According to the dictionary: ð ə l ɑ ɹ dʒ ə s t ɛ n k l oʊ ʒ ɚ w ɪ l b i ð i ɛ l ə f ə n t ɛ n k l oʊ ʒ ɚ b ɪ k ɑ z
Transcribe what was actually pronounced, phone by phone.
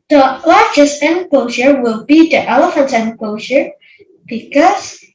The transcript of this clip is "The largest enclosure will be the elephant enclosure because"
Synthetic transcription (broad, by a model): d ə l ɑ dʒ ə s ɛ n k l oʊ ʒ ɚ w ɪ l b i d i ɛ l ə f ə n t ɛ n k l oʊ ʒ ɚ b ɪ k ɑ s